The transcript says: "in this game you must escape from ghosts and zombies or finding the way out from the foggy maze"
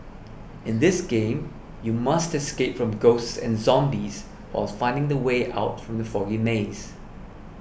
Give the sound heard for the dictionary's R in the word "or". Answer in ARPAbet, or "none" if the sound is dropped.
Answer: L